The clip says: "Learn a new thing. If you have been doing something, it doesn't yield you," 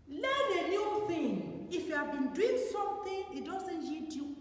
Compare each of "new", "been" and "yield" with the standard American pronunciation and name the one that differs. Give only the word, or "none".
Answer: yield